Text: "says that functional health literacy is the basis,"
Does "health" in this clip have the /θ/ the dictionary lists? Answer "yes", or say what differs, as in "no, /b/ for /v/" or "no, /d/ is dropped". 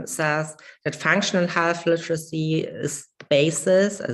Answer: no, /f/ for /θ/